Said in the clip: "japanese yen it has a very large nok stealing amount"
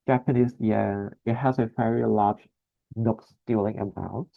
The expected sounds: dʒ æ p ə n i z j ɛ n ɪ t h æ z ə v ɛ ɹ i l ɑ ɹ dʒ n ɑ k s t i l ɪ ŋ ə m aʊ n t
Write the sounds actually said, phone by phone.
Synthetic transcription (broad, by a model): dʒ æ p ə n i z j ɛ ɪ t h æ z ə v ɛ ɹ i l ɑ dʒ n ɑ k s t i l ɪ ŋ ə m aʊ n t